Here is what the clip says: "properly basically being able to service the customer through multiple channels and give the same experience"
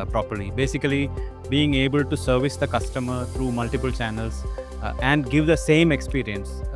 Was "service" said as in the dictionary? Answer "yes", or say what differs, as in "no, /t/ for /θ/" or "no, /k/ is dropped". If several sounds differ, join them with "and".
yes